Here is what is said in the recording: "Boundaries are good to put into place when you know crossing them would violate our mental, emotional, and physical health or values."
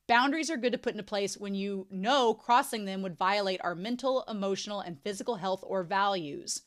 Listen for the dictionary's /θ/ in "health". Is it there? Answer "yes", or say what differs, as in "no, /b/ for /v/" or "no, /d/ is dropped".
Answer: yes